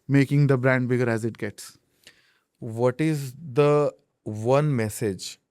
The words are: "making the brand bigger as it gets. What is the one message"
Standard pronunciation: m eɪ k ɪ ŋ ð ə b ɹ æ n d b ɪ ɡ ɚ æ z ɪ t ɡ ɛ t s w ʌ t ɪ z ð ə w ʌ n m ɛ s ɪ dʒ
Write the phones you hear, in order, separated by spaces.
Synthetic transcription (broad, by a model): m eɪ k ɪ ŋ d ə b ɹ æ n d b ɪ ɡ ɚ æ z ɪ t ɡ ɛ t s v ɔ t ɪ z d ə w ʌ n m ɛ s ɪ dʒ